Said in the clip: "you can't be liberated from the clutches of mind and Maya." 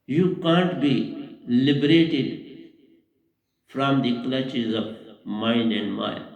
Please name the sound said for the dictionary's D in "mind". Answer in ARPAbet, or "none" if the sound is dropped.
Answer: none